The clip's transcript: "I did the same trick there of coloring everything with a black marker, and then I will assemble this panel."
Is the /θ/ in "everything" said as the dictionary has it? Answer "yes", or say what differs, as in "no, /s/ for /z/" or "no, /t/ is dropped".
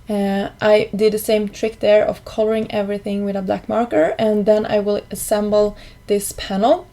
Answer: yes